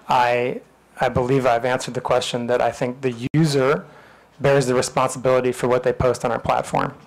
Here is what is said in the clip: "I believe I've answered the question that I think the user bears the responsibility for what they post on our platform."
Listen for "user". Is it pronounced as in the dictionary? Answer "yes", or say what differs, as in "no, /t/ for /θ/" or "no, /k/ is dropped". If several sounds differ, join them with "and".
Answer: yes